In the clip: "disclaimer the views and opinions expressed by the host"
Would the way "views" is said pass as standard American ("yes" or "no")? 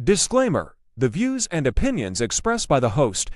yes